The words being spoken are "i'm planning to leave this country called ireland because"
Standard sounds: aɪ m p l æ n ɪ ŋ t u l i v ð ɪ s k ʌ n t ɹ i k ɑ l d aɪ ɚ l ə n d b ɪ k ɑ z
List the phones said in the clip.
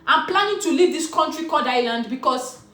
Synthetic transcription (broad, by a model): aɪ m p l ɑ n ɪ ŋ t u l i v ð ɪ s k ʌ n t ɹ i k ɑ d aɪ l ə n d b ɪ k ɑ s